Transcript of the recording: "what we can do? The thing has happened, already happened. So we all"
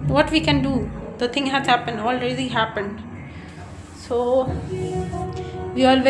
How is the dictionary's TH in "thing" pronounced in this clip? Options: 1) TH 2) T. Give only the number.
2